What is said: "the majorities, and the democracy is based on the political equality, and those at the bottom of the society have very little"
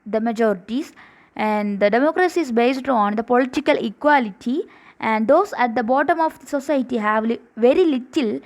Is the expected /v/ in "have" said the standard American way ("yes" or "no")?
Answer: yes